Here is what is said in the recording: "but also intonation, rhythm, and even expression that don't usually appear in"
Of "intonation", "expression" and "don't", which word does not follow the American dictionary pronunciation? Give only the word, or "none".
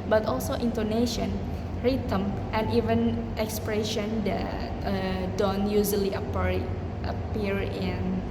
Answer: none